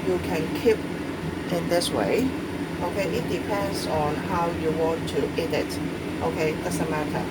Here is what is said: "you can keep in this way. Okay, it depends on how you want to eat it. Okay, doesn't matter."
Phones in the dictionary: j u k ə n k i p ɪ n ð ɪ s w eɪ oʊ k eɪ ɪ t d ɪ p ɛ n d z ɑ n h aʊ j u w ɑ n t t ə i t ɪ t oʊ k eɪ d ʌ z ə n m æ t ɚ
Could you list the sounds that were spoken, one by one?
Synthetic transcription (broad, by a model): j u k ə n k i p ɪ n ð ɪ s w eɪ oʊ k eɪ ɪ t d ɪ p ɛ n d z ɑ n h aʊ j u w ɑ n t t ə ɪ t t oʊ k eɪ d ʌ s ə m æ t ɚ